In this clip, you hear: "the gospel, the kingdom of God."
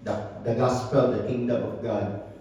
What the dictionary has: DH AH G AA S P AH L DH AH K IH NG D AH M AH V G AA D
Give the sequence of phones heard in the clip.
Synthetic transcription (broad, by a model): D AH G AA S P AH L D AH K IH NG D AH M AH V G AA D